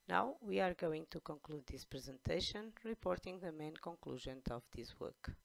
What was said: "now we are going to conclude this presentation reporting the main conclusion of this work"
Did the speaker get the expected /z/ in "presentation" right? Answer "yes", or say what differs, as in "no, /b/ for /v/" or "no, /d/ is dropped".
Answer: yes